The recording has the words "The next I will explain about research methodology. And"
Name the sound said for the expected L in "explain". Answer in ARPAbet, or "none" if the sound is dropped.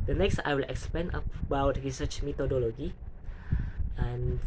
none